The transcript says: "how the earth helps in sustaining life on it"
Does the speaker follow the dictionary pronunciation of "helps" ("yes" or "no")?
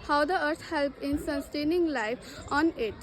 no